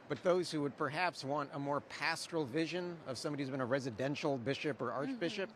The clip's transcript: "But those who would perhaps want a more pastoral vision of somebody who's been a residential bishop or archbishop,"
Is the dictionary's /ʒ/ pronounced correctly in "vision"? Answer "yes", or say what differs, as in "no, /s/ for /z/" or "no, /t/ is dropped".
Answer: yes